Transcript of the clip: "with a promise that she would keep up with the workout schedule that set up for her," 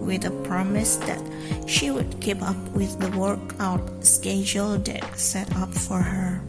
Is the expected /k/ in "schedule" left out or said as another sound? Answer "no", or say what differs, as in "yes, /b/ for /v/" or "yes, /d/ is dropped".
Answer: no